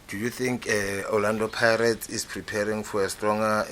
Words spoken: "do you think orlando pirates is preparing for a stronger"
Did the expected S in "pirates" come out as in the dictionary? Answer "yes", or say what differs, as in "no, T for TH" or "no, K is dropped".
no, S is dropped